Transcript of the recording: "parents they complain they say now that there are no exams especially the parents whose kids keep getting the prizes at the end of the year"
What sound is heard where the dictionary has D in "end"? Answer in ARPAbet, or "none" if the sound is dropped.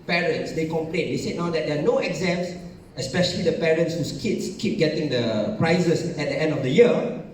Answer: D